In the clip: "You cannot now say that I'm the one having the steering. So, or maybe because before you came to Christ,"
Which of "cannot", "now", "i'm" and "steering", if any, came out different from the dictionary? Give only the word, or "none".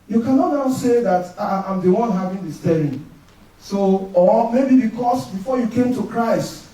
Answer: steering